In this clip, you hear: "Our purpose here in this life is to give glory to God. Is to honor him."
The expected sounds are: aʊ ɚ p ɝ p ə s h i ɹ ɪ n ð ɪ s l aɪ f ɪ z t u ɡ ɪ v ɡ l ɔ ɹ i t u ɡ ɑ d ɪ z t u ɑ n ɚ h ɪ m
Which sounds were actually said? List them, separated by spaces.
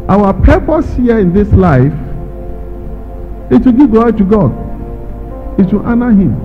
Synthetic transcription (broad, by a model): aʊ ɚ p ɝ p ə s h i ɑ ɪ n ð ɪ s l aɪ f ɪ t u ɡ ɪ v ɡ ɔ t u ɡ ɑ d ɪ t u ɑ n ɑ h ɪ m